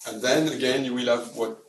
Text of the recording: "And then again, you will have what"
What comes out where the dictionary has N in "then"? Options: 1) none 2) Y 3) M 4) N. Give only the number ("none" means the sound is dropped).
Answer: 4